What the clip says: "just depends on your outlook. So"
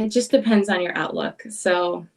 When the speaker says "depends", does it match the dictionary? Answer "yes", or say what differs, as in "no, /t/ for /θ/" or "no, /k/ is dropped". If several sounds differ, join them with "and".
yes